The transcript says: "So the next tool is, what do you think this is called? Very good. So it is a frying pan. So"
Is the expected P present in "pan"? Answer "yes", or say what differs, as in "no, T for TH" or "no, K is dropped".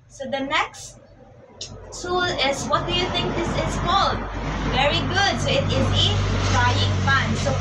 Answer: no, F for P